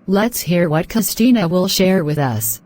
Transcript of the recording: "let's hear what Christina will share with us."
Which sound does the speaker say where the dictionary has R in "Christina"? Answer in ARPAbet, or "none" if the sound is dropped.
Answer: none